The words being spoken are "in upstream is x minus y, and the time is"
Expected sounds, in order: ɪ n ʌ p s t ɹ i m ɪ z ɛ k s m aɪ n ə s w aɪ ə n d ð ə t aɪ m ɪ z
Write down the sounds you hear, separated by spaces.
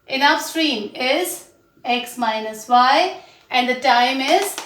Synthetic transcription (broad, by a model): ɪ n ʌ f s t ɹ i m ɪ z ɛ k s m aɪ n ə s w aɪ ə n d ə t aɪ m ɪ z